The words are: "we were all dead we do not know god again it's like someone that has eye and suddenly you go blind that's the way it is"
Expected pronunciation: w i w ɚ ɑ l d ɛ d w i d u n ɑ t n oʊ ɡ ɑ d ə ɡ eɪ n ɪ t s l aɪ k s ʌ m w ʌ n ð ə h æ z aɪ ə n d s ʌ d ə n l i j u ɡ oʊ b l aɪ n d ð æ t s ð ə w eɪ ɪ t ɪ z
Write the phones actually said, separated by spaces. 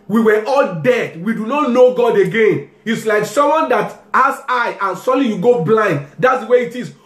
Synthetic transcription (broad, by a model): w i w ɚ ɑ l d ɛ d w i d u n ɑ t n oʊ ɡ ɑ d ə ɡ eɪ n ɪ t s l aɪ k s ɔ m w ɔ n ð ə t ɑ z aɪ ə n s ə l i j u ɡ oʊ b l aɪ n d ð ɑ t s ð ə w eɪ ɪ t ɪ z